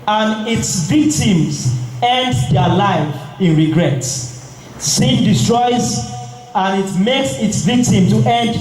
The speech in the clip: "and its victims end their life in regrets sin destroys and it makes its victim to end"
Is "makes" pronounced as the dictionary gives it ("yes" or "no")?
yes